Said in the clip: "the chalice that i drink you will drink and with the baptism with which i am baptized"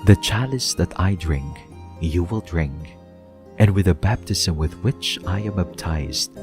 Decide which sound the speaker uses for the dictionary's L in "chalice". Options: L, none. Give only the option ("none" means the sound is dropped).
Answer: L